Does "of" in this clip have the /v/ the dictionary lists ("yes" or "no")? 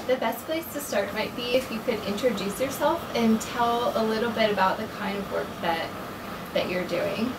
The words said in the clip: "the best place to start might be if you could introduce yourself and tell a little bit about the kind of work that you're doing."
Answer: yes